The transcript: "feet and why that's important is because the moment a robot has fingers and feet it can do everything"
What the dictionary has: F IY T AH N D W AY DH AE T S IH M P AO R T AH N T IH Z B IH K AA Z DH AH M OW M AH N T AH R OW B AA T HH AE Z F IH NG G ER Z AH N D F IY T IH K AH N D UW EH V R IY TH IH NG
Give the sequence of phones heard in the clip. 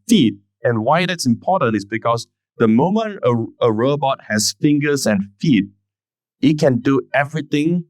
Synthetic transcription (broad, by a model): F IY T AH N W AY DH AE T S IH M P AO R T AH N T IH S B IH K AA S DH AH M OW M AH N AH AH R OW B AA T HH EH S F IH NG G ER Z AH N F IY T IH K AH N D UW EH V R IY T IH NG